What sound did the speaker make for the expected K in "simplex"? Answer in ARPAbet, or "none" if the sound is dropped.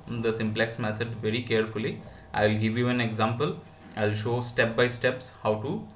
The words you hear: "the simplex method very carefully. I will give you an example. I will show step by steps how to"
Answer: K